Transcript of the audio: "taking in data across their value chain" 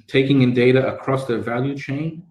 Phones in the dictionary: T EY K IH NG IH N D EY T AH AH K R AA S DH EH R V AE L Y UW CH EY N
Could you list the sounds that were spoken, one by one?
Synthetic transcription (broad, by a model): T EY K IH NG IH N D EY T AH AH K R AA S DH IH V AE L Y UW CH EY N